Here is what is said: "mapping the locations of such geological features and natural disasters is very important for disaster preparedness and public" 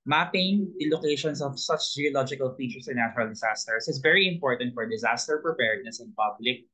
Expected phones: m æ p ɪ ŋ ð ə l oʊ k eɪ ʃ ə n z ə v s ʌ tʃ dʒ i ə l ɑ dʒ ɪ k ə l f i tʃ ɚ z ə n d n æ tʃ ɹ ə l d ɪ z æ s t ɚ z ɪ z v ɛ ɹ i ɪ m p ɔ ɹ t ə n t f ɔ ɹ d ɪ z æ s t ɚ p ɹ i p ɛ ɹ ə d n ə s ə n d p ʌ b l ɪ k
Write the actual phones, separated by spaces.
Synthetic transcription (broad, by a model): m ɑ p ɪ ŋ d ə l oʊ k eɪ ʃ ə n s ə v s ʌ tʃ dʒ i ə l ɑ dʒ ɪ k ə l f i tʃ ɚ s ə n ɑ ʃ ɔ ɹ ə l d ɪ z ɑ s t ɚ s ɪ s v ɛ ɹ i ɪ m p ɔ ɹ t ə n t f ɔ ɹ d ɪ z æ s t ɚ p ɹ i p ɛ ɹ d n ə s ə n p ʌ b l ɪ k